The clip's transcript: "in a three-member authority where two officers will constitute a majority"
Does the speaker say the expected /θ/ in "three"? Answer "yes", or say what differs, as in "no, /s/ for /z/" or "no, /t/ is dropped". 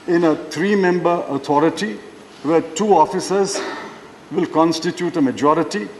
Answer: no, /t/ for /θ/